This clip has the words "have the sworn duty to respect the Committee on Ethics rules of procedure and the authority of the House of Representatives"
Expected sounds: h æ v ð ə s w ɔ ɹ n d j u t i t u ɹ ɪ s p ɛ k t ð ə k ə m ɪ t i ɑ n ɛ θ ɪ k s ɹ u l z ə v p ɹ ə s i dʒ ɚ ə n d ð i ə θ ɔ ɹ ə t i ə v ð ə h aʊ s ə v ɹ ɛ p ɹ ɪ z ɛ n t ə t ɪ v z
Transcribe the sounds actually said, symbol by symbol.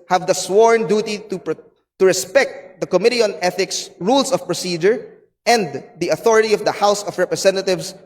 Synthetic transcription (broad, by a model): h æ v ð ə s w ɔ ɹ n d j u t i t u ɹ ɪ s p ɛ k t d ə k ə m ɪ t i ɑ n ɛ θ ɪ k s ɹ u l s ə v p ɹ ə s i dʒ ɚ ə n d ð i ə θ ɔ ɹ ə t i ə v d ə h aʊ s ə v ɹ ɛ p ɹ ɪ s ɛ n t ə t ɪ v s